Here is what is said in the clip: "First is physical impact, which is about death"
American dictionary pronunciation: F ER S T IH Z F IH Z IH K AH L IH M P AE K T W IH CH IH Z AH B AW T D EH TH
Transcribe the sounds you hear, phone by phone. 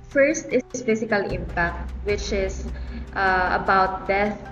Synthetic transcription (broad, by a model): F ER S T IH S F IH S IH K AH L IH M P AE K T W IH CH IH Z AH B AW T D EH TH